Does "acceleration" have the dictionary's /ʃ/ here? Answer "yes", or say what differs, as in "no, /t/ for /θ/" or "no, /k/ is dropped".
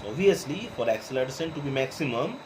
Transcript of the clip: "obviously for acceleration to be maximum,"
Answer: no, /s/ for /ʃ/